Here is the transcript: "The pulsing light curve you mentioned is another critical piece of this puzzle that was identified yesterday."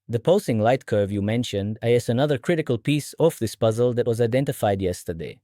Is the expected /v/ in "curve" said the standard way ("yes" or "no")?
yes